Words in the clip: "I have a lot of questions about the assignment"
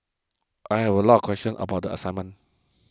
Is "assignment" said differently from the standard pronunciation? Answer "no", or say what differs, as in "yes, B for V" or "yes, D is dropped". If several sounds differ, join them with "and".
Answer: yes, N is dropped and T is dropped